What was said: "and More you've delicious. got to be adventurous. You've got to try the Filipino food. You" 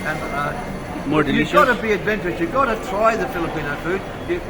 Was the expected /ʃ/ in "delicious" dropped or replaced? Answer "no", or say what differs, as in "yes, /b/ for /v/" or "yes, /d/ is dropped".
yes, /ʃ/ is dropped